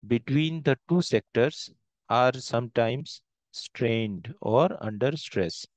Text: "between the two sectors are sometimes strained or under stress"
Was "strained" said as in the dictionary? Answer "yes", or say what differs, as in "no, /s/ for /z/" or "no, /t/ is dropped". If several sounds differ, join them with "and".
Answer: yes